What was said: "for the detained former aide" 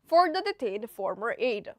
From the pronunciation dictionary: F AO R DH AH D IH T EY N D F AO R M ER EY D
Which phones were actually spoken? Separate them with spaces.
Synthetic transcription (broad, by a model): F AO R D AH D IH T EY D F AO R M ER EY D